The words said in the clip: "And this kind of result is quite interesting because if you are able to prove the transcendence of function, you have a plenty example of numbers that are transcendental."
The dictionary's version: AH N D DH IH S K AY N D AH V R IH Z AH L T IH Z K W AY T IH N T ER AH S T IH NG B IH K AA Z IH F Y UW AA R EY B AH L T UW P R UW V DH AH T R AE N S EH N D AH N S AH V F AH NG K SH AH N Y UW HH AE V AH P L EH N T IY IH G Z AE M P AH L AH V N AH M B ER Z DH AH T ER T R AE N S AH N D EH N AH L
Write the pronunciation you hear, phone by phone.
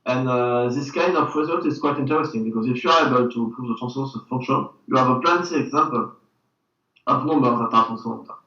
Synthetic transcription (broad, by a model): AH N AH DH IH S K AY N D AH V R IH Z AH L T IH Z K W AY T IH N T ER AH S T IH NG B IH K AA Z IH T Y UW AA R EY B AH L T UW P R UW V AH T AE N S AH S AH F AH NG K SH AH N Y UW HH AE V AH P L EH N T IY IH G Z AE M P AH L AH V N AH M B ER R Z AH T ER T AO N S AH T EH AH